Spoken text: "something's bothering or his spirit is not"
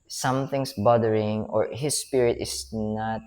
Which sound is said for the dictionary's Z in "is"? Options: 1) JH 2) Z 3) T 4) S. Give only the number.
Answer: 4